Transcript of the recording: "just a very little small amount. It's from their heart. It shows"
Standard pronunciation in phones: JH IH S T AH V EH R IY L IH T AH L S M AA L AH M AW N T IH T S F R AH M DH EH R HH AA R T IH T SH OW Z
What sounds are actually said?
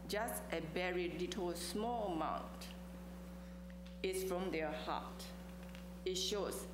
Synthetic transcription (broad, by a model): JH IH S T AH B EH R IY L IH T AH S M AA L AH M AW N T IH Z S F R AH M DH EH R HH AA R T IH T SH OW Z